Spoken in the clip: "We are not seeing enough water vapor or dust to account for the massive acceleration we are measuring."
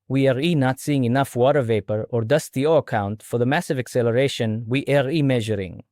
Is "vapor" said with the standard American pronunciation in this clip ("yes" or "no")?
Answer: yes